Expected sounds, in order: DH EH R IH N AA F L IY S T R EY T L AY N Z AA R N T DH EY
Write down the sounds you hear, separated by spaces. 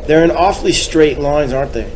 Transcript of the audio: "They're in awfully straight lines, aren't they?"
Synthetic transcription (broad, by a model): DH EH R IH N AA F L IY S T R EY T L AY N Z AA R N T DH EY